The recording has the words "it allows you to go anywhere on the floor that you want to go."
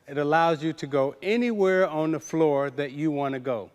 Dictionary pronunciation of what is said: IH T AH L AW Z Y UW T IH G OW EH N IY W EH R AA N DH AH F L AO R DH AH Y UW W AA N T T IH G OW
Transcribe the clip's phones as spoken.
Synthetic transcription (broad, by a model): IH T AH L AW Z Y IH T IH G OW EH N IY W EH R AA N DH AH F L AO R DH AH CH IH W AA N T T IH G OW